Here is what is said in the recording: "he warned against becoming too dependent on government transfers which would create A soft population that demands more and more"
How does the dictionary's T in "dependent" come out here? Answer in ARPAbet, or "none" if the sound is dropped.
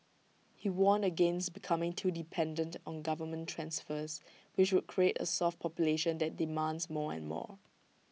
T